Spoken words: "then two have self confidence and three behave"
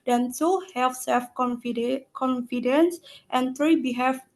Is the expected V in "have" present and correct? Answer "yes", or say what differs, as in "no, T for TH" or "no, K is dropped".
no, F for V